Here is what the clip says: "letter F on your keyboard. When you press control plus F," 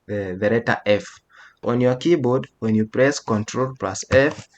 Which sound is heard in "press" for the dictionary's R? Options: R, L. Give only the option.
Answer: R